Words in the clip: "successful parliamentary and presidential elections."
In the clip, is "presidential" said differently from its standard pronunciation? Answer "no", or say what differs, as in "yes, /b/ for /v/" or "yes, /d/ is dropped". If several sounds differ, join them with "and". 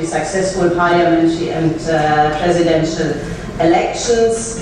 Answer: no